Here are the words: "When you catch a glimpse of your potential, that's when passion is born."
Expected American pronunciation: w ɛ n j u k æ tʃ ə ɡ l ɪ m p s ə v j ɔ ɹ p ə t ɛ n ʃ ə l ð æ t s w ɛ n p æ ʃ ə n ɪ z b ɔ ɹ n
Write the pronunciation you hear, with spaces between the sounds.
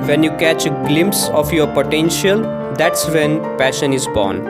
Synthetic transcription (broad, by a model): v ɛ n j u k æ tʃ ɡ l ɪ m p s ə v j ɔ ɹ p ə t ɛ n ʃ ə l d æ t s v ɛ n p æ ʃ ə n ɪ z b ɔ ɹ n